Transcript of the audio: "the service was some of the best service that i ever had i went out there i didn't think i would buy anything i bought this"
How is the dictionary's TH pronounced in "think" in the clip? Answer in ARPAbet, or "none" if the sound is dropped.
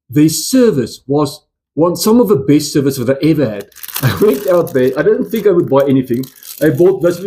TH